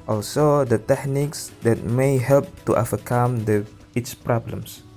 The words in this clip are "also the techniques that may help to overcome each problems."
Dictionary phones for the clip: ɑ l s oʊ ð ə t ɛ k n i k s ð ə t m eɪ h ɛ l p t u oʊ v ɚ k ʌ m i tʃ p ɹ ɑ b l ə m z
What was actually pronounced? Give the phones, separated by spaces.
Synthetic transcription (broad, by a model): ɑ l s oʊ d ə t ɛ k n i k s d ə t m eɪ h ɛ l p t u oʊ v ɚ k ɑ m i s p ɹ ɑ b l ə m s